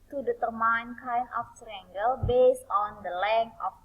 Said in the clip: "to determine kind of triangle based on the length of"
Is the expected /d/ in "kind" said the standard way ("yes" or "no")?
no